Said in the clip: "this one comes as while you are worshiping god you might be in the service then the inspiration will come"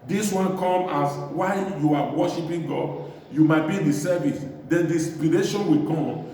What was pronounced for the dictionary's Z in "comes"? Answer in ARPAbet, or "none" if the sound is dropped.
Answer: none